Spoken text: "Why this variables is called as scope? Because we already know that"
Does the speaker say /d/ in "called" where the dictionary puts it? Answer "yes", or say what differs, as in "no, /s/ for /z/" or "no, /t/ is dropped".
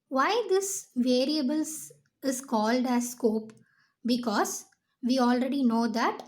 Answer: yes